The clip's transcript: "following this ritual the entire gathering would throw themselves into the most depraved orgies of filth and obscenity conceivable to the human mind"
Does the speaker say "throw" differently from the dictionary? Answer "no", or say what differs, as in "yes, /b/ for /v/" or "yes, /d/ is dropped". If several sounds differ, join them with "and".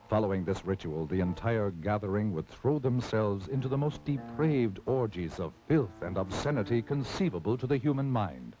no